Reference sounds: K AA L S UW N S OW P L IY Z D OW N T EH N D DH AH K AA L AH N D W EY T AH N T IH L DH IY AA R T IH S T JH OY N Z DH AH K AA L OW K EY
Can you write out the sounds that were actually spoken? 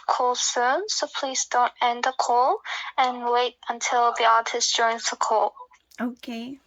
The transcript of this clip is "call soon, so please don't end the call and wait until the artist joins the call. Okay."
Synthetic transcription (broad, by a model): K AA L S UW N S OW P L IY Z D OW N T EH N D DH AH K AA L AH N W EY T AH N T IH L DH IY AA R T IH S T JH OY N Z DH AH K AA L OW K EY